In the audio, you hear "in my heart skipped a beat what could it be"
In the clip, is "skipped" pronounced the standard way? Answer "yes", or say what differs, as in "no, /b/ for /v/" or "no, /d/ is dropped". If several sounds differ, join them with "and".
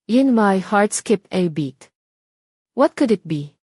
no, /t/ is dropped